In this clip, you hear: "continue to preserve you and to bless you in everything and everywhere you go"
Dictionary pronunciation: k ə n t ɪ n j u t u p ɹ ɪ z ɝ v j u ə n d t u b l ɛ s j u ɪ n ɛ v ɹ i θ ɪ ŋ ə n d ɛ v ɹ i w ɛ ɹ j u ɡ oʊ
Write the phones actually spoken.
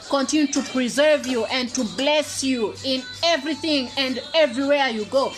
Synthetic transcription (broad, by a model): k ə n t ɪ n j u t u p ɹ ɪ z ɝ v j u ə n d t u b l ɛ s j u ɪ n ɛ v ɹ i θ ɪ ŋ ə n d ɛ v ɹ i w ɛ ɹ j u ɡ oʊ